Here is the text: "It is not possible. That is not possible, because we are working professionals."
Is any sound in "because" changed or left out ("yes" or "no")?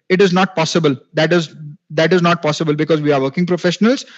no